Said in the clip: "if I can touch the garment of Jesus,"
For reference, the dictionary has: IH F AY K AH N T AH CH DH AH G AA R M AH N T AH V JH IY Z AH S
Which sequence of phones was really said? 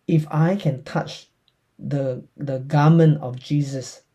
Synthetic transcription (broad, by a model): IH F AY K AH N T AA CH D AH G AA M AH N AH F JH IY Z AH S